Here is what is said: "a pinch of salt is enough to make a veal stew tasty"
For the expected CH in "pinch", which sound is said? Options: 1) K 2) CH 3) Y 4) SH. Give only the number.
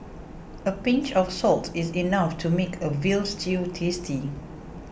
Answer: 2